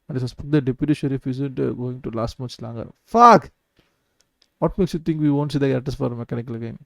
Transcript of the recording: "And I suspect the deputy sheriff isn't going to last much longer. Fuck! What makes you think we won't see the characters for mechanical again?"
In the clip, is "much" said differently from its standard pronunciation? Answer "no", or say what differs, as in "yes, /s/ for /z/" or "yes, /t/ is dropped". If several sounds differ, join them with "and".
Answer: yes, /s/ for /tʃ/